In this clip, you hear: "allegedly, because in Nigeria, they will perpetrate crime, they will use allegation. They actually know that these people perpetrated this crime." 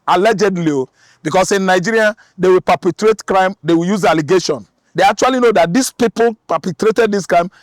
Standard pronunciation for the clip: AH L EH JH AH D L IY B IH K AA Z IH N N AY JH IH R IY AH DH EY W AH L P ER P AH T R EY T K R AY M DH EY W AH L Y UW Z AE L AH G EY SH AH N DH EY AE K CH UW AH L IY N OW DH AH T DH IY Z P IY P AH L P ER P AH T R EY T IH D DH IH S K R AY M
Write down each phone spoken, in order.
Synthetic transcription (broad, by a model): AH L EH JH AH D L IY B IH K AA S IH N N AY JH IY R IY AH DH EY W AH L P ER P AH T R EY T K R AY M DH EY W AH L Y UW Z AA L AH G EY SH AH N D EY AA K CH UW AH L IY N OW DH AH T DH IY S P IY P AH L P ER P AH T R EY T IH D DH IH S K R AY M